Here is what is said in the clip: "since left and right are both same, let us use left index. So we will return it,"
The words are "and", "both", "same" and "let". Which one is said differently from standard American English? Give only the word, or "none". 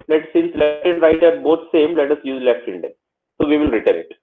both